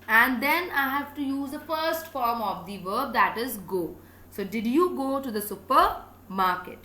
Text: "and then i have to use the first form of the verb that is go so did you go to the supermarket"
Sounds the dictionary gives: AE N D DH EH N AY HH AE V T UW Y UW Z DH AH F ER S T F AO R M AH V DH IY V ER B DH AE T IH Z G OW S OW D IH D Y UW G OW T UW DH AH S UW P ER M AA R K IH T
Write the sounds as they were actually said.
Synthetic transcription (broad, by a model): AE N D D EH N AY HH AE V T UW Y UW Z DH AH F ER S T F AO R M AH V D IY V ER B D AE T IH Z G OW S OW D IH D Y UW G OW T UW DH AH S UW P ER M AA R K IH T